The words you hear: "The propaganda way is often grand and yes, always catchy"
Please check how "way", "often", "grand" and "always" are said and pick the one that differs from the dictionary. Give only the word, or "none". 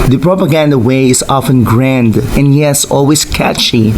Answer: always